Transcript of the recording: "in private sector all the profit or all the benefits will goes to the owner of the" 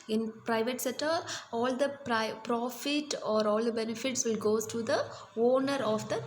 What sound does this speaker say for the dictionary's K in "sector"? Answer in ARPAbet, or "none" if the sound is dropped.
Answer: none